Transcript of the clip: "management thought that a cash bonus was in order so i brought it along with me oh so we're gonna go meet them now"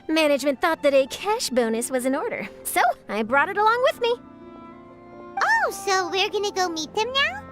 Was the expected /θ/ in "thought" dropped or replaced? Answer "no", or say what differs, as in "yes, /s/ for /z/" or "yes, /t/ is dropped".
no